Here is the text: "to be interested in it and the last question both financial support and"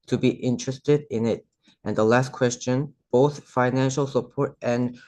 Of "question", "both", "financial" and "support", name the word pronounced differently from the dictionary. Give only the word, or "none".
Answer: none